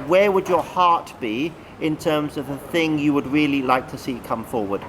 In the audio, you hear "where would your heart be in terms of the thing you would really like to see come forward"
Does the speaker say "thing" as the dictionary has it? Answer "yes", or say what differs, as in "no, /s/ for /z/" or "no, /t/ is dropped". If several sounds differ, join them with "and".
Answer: yes